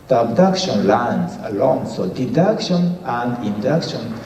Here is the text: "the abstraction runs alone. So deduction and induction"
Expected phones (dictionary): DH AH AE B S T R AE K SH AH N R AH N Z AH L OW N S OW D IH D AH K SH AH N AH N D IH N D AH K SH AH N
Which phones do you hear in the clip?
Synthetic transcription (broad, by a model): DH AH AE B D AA K SH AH N L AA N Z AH L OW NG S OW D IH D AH K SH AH N AH N D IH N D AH K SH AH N